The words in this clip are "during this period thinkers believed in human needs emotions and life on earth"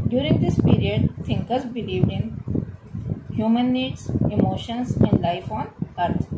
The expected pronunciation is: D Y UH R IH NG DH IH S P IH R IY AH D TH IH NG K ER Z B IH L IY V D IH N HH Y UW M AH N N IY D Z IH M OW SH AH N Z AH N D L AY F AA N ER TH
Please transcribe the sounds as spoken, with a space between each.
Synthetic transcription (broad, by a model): D Y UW R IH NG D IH S P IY R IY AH D T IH NG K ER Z B IH L IY V D IH N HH Y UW M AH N N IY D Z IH M OW SH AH N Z AH N D L AY F AA N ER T